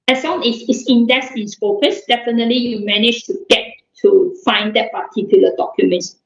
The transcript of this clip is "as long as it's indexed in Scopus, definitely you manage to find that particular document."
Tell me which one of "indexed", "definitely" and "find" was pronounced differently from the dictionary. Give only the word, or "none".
indexed